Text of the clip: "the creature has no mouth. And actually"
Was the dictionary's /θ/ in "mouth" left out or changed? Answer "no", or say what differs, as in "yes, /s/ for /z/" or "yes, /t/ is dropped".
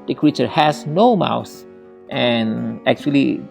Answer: yes, /s/ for /θ/